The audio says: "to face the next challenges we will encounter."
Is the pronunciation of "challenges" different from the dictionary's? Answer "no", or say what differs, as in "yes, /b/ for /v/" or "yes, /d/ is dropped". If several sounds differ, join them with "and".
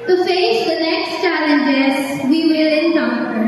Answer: yes, /s/ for /z/